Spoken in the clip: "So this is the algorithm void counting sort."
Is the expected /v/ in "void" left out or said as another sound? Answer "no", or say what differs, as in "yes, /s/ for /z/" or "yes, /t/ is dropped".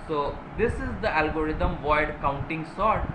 no